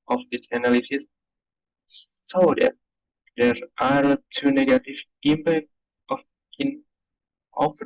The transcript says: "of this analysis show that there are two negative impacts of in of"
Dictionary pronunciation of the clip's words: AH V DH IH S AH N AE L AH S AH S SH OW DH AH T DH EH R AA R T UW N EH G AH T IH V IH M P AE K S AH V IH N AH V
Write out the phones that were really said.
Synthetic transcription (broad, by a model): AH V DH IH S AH N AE L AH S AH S S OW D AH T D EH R AA R T UW N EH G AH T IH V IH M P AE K AH F IH N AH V